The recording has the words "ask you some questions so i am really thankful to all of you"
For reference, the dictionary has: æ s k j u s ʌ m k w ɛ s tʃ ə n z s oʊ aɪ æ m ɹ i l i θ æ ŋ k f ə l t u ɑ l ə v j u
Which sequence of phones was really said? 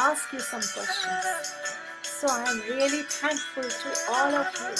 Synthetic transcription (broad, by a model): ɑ s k j u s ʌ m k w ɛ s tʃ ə n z s oʊ aɪ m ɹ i l i t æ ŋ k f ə l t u ɑ l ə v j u